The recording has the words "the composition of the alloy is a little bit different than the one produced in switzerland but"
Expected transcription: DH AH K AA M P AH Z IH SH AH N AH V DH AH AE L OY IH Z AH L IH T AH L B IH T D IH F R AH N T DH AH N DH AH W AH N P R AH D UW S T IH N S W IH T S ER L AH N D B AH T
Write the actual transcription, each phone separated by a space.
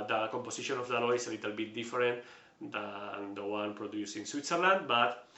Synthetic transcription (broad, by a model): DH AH K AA M P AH S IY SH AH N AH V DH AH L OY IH S AH L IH T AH L B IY T D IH F R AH N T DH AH N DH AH W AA N P R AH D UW S IH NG S W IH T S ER L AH N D B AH T